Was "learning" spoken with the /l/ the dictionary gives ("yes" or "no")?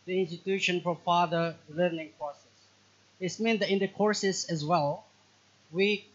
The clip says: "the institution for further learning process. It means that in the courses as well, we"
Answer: yes